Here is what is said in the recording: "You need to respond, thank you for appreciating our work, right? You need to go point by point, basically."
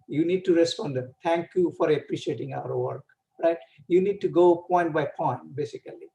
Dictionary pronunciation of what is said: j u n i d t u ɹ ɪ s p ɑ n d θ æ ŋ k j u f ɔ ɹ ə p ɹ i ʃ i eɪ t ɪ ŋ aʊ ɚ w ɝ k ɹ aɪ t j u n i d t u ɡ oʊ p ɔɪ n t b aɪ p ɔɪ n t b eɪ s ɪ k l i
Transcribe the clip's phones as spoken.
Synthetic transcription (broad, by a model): j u n i d t u ɹ ɪ s p ɑ n d t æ ŋ k j u f ɔ ɹ ə p ɹ i ʃ i eɪ t ɪ ŋ aʊ ɚ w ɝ k ɹ aɪ t j u n i d t u ɡ oʊ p ɔɪ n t b aɪ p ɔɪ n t b eɪ s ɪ k l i